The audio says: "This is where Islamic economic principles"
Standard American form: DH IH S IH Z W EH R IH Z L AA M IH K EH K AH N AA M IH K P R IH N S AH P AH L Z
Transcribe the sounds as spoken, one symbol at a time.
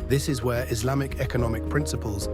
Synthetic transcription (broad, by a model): DH IH S IH Z W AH R IH Z L AA M IH K EH K AH N AA M IH K P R IH N S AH P AH L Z